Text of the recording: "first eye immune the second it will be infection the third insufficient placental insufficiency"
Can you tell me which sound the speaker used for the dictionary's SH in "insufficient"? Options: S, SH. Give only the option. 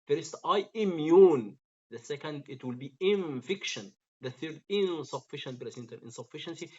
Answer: SH